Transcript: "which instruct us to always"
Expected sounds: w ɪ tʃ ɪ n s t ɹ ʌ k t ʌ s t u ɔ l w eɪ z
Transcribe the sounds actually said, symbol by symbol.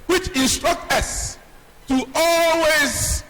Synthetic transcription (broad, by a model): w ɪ tʃ ɪ n s t ɹ ʌ k t ʌ s t u ɔ l w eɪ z